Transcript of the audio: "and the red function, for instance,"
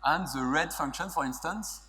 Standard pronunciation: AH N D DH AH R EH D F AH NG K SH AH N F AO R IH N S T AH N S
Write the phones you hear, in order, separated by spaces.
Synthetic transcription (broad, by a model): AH N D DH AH R EH D F AH NG K SH AH N F AO R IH N S T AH N S